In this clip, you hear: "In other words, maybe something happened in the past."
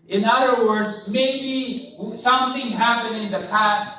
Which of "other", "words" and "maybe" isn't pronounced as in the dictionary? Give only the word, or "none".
none